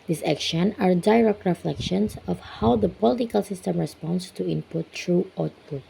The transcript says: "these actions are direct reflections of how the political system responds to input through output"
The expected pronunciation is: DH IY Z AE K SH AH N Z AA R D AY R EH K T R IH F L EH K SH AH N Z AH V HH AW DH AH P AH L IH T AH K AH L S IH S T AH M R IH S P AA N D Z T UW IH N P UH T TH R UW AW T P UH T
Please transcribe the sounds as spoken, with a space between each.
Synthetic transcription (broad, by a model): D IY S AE K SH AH N AA R D AY R EH K T R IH F L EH K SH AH N S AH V HH AW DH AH P AH L IH T AH K AH L S IH S T AH M R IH S P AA N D S T UW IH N P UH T R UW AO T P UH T